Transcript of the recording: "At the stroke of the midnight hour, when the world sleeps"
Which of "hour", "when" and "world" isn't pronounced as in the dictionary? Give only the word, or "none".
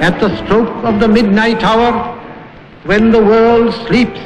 none